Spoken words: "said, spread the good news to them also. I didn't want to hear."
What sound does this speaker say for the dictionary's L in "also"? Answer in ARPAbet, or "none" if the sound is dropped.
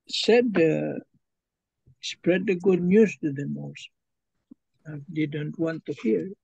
none